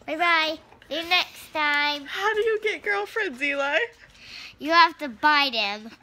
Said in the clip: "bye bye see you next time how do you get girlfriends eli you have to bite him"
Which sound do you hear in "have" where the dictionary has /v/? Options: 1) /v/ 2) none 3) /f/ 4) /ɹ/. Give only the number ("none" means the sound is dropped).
3